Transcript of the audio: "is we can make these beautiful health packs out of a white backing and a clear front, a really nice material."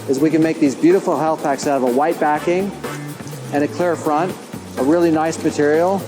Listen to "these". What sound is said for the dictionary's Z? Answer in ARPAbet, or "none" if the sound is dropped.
Z